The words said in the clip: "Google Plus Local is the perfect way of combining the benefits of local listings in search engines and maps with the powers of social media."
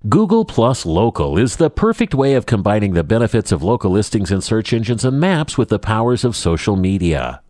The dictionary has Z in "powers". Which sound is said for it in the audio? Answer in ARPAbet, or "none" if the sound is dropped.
Z